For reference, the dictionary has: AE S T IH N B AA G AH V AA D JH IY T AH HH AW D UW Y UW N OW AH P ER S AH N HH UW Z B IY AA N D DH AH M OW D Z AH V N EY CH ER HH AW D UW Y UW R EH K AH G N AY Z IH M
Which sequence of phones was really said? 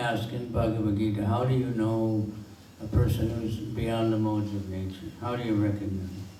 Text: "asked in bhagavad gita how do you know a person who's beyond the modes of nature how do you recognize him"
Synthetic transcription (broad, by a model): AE S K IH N B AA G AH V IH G IY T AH HH AW D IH Y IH N OW AH P ER S AH N HH UW Z B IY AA N DH AH M OW D Z AH V N EY CH ER HH AW D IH Y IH R EH K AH G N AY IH